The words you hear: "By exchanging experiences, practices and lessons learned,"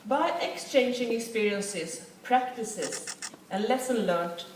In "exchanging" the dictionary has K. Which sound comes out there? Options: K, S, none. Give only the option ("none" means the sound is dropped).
K